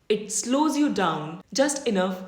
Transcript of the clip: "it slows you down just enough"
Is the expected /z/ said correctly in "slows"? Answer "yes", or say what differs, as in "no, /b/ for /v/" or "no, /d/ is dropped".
yes